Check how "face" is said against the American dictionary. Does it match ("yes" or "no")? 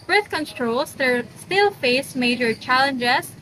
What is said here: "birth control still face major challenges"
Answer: yes